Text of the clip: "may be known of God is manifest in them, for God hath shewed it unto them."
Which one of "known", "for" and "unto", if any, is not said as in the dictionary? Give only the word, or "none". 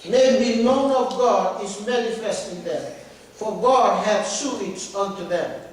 none